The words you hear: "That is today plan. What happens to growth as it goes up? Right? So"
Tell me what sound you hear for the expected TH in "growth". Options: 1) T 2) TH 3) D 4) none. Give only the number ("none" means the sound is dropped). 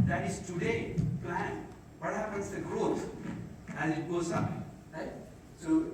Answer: 1